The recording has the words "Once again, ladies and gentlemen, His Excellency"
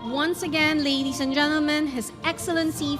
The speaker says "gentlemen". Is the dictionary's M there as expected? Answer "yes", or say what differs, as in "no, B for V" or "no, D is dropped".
yes